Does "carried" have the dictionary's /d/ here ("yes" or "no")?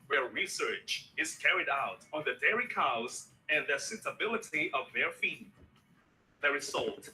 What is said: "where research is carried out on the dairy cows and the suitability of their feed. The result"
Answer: yes